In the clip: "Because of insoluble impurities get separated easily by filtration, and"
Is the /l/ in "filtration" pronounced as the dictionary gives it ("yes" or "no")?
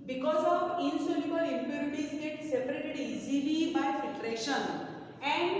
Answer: no